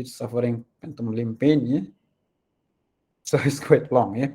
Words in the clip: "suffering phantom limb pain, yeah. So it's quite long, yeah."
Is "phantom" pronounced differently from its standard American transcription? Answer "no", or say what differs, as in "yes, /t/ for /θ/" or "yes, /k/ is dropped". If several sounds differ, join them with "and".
yes, /p/ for /f/